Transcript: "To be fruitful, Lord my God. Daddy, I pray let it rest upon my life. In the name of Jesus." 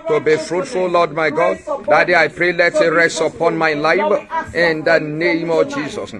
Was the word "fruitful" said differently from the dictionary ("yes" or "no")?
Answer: no